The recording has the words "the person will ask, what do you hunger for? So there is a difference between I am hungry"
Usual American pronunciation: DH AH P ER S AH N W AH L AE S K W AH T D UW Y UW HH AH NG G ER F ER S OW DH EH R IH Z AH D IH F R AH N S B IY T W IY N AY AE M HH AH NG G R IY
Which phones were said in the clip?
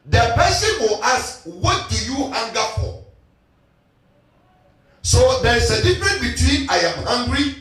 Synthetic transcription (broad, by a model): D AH P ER S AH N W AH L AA S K W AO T D UW Y UW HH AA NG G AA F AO S OW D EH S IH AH D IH F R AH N B IY T W IY N AY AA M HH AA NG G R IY